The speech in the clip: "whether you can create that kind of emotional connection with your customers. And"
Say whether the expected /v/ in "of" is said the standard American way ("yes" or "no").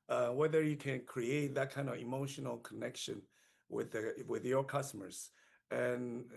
yes